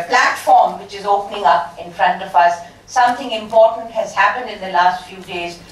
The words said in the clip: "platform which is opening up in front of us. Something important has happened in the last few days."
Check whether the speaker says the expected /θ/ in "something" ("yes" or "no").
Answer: no